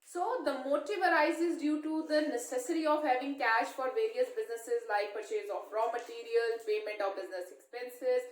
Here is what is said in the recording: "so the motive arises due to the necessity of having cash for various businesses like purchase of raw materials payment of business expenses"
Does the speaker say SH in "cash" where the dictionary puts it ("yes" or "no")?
yes